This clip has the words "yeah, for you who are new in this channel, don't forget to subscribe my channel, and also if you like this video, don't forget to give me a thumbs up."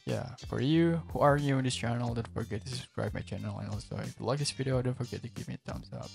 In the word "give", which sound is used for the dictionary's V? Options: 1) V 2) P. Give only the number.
2